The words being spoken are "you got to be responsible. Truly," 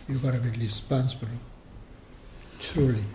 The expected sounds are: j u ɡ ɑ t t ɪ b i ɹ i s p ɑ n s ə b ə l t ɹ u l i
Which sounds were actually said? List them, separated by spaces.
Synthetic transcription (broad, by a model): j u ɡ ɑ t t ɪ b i l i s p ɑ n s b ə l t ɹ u l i